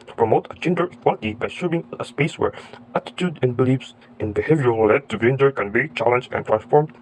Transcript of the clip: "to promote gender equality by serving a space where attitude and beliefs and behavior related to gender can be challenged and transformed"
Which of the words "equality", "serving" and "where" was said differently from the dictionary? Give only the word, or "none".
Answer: serving